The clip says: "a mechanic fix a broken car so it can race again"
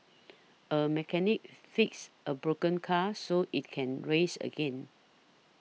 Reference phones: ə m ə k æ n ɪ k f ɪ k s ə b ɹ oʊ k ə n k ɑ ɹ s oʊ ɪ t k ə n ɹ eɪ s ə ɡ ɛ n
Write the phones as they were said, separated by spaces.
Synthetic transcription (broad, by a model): ə m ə k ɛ n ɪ k f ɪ k s ə b ɹ oʊ k ə n k ɑ s oʊ ɪ t k ə n ɹ eɪ s ə ɡ ɛ n